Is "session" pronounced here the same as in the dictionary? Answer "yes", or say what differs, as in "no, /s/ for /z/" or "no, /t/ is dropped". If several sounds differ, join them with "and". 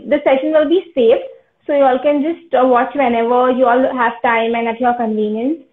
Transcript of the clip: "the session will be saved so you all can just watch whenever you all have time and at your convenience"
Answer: yes